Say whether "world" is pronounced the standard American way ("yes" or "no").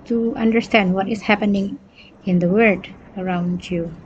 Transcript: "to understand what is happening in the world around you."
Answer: no